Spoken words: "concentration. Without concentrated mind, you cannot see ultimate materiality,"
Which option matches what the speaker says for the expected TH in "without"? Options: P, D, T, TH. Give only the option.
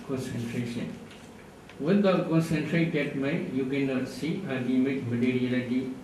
T